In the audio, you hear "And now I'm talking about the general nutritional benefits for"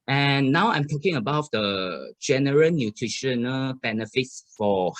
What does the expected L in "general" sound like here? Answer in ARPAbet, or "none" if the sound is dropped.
N